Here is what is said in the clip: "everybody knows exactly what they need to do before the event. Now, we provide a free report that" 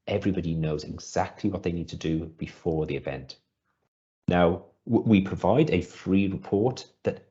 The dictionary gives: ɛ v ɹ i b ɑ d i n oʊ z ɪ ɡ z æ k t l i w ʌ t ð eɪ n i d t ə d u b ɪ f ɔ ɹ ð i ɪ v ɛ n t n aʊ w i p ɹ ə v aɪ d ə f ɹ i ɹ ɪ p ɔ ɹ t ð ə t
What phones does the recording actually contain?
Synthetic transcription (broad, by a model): ɛ v ɹ i b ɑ d i n oʊ z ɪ ɡ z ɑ k t l i w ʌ t ð eɪ n i d t ə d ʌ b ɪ f ɔ ð i ɪ v ɛ n t n aʊ w i p ɹ ə v aɪ d ə f ɹ i ɹ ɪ p ɔ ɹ t ð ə t